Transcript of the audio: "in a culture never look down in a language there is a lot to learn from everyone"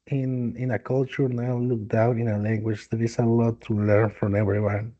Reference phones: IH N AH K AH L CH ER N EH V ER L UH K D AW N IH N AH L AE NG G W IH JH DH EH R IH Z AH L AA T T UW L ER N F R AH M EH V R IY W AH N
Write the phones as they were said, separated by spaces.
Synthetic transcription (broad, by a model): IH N AH K AH L CH ER N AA UH L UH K D AW N IH N AH L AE NG G W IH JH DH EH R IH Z AH L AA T T UW L ER N F R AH M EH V R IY W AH N